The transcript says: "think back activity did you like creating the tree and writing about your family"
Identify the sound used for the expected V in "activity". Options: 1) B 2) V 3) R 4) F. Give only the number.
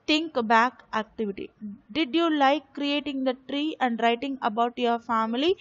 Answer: 2